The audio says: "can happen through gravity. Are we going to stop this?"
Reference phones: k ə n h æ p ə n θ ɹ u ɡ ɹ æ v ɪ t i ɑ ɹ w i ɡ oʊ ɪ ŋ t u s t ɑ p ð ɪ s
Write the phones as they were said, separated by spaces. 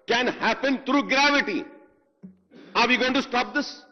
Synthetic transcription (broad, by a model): k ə n h æ p ə n t ɹ u ɡ ɹ æ v ɪ t i ɑ ɹ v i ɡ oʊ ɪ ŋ t u s t ɑ p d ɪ s